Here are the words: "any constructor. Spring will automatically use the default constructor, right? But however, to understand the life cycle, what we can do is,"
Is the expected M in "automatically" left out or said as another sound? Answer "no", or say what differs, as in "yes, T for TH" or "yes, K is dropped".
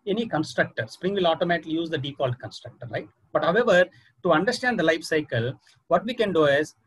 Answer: no